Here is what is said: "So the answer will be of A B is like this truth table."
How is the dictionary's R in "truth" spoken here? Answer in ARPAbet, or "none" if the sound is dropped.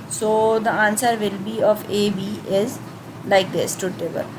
none